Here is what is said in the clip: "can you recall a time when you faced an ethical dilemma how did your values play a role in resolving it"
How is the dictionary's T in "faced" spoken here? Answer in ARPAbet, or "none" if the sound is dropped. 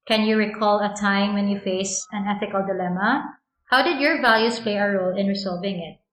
none